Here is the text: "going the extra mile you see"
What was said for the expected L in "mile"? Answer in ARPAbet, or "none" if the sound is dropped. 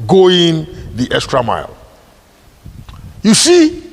L